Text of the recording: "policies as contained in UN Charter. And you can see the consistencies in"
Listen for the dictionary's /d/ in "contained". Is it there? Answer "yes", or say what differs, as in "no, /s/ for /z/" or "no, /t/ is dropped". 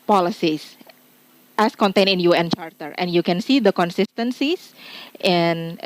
no, /d/ is dropped